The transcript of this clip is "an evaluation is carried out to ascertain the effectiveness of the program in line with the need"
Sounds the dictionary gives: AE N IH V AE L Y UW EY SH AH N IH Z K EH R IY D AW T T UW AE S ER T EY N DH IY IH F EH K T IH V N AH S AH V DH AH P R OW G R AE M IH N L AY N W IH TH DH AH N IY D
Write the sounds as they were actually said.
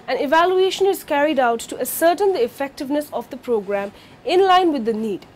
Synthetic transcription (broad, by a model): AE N IH V AE L Y UW EY SH AH N IH Z K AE R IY D AW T T UW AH S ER T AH N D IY IH F EH K T IH V N AH S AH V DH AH P R OW G R AE M IH N L AY N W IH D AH N IY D